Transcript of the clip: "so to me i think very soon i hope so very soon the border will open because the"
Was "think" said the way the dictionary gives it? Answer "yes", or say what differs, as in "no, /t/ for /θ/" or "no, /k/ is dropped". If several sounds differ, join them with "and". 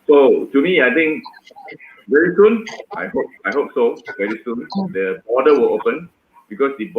no, /t/ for /θ/